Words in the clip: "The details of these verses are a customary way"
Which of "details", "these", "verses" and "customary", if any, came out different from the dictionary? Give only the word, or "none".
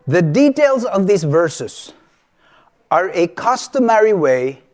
none